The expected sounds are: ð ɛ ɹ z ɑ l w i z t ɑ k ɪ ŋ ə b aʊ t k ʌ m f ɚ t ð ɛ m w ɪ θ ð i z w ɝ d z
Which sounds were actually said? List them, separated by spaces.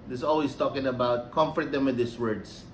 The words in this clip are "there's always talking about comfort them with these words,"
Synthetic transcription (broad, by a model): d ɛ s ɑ l w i s t ɑ k ɪ ŋ ə b aʊ t k ʌ m f ɚ t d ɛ m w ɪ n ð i s w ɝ d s